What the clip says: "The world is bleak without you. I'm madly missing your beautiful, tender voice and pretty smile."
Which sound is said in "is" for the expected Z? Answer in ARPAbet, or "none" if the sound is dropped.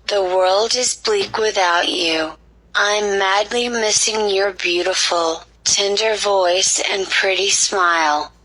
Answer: Z